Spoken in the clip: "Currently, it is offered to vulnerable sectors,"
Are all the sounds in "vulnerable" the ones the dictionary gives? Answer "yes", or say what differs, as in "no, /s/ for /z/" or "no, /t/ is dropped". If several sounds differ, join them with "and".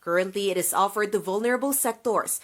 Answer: yes